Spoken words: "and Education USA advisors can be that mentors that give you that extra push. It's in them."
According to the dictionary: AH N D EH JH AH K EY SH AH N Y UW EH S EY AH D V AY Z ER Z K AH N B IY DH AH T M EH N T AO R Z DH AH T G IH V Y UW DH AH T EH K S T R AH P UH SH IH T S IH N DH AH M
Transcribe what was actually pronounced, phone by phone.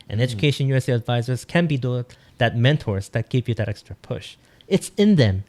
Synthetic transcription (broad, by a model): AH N EH JH AH K EY SH AH N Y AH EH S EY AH D V AY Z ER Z K AH N B IY DH AH T M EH N T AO R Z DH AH T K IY P Y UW DH AH T EH K S T R AH P UH SH IH T S IH N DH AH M